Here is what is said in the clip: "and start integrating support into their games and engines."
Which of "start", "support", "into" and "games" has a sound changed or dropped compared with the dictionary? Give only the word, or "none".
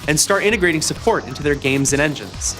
none